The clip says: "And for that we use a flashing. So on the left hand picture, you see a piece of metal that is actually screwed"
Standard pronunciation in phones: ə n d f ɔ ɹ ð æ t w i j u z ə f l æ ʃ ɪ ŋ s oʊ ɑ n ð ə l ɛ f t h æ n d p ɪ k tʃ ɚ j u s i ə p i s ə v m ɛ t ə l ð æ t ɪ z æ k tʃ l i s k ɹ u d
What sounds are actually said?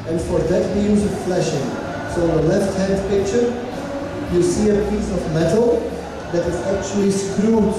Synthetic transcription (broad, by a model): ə n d f ɔ ɹ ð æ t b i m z ə f l æ ʃ ɪ ŋ s oʊ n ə l ɛ f t h æ n d p ɪ k tʃ ɚ j u s i ə p i s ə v m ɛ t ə l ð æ t ɪ z æ k tʃ l i s k ɹ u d